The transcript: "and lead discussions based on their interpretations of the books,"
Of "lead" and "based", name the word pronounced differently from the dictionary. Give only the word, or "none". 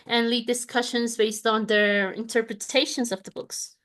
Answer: none